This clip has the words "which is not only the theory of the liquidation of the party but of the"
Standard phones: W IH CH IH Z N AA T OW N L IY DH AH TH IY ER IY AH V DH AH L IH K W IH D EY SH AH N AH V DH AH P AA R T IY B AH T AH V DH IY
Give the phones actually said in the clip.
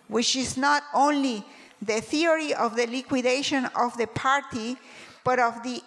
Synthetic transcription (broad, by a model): W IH CH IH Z N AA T OW N L IY DH AH TH IY ER IY AH V DH AH L IH K W IH D EY SH AH N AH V DH AH P AA R T IY B AH T AH V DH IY